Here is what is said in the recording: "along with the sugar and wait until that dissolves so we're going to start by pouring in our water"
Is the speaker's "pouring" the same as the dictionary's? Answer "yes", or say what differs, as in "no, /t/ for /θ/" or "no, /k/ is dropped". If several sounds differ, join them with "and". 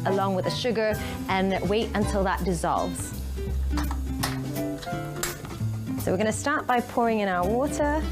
yes